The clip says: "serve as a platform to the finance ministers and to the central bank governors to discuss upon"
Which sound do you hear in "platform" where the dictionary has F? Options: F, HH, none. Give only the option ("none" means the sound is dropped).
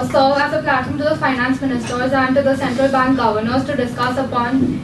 none